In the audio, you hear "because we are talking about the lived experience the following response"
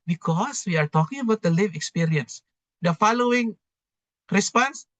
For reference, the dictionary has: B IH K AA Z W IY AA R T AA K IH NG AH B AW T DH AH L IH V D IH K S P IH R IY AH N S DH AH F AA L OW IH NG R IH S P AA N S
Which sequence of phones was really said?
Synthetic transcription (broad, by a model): B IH K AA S W IY AA R T AA K IH NG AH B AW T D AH L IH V IH K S P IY R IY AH N S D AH F AA L OW IH NG R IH S P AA N S